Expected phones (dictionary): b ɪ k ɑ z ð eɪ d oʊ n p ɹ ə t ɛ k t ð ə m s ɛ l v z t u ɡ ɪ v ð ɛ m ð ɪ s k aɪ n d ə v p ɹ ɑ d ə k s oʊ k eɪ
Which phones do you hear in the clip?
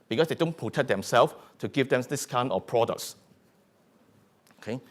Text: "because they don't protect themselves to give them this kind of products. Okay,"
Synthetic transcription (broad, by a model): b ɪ k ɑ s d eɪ d oʊ n p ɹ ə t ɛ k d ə m s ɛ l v t u ɡ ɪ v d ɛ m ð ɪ s k aɪ n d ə f p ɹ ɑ d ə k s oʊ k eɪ